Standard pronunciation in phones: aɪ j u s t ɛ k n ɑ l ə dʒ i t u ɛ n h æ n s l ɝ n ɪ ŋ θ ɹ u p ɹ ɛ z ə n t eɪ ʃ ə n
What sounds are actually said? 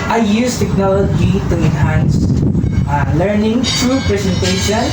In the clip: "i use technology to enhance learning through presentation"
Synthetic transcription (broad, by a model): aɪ j u s t ɛ k n ɑ l ə dʒ i t u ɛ n h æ n s l ɝ n ɪ ŋ t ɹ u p ɹ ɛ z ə n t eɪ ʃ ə n